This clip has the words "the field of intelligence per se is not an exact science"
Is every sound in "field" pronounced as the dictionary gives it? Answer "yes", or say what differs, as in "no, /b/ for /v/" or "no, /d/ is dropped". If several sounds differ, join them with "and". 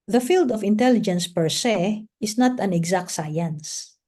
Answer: yes